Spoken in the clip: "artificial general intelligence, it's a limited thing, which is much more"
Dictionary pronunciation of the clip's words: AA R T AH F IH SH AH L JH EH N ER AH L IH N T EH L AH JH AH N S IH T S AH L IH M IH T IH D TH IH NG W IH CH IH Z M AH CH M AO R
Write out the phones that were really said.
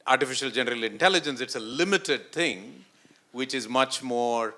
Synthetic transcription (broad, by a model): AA R T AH F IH SH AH L JH EH N ER AH L IH N T EH L AH JH AH N S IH T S AH L IH M IH T IH D T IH NG W IH CH IH Z M AH CH M AO R